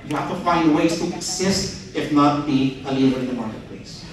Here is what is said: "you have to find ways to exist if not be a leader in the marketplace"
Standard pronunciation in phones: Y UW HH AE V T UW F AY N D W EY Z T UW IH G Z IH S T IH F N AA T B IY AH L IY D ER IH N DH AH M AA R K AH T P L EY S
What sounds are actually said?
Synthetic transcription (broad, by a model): Y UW HH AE F T UW F AY N D W EY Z T UW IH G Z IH S T IH F N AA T B IY AH L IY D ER IH N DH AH M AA R K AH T P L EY S